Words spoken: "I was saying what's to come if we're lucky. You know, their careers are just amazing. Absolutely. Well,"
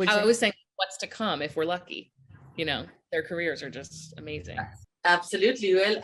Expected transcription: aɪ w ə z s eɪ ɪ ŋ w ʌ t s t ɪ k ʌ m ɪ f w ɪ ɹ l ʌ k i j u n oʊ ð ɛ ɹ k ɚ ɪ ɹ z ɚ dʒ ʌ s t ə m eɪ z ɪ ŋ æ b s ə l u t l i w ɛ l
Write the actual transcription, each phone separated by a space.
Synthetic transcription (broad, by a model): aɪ w ə z s eɪ ɪ ŋ w ʌ t s t ɪ k ʌ m ɪ f w ɪ ɹ l ʌ k i j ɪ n oʊ ð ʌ ɹ k ɚ ɪ ɹ z ɚ dʒ ʌ s t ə m eɪ z ɪ æ b s ə l u t l i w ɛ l